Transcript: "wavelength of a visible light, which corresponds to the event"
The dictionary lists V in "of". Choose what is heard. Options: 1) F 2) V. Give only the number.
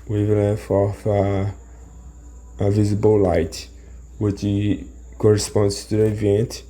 1